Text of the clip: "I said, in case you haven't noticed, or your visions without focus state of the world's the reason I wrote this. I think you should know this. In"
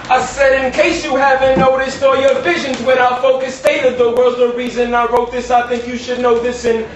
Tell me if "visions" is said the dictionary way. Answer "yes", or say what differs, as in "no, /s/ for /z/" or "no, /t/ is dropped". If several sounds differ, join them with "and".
yes